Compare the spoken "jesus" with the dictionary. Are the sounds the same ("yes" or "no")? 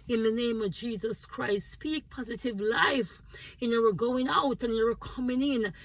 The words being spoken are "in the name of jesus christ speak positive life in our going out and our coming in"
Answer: yes